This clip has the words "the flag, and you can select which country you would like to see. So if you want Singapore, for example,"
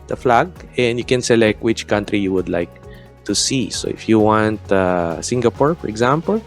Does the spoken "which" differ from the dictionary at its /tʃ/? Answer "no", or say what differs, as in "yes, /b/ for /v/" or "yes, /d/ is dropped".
no